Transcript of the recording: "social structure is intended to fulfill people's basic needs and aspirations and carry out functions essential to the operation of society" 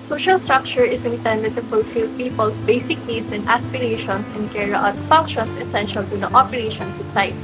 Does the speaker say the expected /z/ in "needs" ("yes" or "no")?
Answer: no